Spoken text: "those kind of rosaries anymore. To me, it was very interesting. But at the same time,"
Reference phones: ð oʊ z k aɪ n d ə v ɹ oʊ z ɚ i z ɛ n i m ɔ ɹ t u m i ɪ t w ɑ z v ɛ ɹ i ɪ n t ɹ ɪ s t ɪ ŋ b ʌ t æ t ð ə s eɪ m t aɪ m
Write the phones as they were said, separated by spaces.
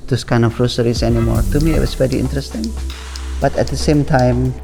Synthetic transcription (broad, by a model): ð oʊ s k aɪ n d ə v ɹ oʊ s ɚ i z ɛ n i m ɔ ɹ t u m i ɪ t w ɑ s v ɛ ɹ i ɪ n t ɹ ɪ s t ɪ ŋ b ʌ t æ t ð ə s eɪ m t aɪ m